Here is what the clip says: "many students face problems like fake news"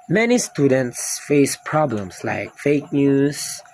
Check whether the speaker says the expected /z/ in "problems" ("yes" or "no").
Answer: no